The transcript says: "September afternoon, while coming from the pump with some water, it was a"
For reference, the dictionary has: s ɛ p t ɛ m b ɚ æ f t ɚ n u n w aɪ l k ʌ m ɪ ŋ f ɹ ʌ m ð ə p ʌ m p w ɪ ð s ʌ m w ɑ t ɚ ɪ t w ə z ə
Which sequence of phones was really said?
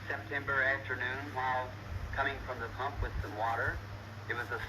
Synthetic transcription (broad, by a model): s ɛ p t ɛ m b ɚ æ f t ɚ n u n w aɪ l k ʌ m ɪ ŋ f ɹ ʌ m ð ə p ʌ m p w ɪ ð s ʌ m w ɑ t ɚ ɪ t w ə z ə